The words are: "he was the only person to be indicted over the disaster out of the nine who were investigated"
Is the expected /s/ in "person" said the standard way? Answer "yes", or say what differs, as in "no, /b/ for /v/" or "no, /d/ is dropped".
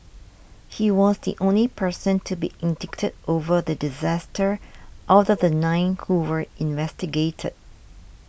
yes